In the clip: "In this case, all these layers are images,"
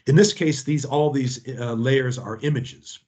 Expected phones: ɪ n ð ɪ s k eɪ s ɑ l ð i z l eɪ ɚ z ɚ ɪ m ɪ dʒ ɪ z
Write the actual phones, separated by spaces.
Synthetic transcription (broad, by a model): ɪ n ð ɪ s k eɪ s ɑ l ð i z l eɪ ɚ z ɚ ɪ m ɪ dʒ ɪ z